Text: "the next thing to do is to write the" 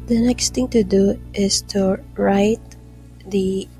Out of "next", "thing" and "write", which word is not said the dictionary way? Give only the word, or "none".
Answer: thing